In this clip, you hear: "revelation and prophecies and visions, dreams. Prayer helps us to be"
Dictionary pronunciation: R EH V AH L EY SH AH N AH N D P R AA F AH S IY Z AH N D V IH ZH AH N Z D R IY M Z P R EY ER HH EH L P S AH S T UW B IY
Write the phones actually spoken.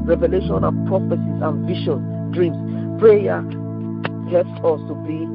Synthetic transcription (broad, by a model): R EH V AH L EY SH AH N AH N P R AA F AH S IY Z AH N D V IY SH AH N D R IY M S P R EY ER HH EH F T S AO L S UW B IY